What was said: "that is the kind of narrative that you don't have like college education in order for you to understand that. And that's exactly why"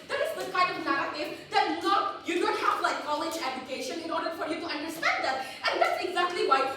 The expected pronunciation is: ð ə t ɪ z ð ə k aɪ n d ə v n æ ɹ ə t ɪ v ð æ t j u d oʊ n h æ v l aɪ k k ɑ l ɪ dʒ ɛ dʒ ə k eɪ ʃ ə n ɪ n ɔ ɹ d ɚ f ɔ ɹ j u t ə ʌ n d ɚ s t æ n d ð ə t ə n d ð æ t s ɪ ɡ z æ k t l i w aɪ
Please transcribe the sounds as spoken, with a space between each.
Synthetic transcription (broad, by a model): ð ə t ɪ s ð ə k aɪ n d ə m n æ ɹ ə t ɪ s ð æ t j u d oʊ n h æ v l aɪ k k ɑ l ɪ dʒ ɛ dʒ ə k eɪ ʃ ə n ɪ n ɔ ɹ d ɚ f ɔ ɹ j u t ə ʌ n d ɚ s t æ n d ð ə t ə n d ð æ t s ɪ ɡ z æ k t l i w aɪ